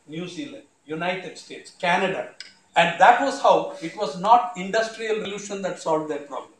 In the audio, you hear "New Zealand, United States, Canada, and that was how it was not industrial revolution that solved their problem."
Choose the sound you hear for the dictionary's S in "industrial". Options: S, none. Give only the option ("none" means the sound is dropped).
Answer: S